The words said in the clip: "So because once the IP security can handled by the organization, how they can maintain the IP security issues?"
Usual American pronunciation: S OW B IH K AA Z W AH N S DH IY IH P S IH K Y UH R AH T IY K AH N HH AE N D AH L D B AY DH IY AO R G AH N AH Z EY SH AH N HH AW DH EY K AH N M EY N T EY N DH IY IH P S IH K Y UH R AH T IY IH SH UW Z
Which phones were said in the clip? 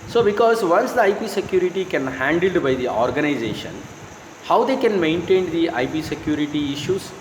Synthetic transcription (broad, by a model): S OW B IH K AA Z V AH N S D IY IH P S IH K Y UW R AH T IY K AH N HH AE N D AH L D B AY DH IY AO R G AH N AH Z EY SH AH N HH AW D EY K AH N M EY N T EY N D IY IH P S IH K Y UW R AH T IY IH SH UW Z